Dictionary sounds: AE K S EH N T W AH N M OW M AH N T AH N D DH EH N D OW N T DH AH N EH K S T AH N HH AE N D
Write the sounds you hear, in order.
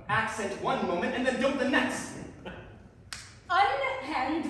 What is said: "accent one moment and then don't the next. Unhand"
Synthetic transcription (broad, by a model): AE K S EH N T W AH N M OW M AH N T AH N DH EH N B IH L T DH AH N EH K S T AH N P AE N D